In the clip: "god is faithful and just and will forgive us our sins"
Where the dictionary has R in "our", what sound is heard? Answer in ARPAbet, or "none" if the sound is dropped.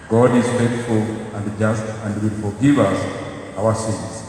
W